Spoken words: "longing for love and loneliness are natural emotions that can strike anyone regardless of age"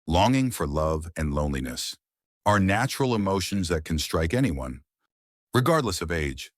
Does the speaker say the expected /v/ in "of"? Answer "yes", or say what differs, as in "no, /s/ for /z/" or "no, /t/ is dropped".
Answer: yes